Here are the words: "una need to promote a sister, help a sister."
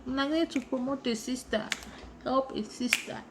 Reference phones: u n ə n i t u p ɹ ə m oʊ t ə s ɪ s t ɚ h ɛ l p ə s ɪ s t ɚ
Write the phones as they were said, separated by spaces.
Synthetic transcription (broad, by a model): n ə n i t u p ə m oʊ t ə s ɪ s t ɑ h ɛ l p ə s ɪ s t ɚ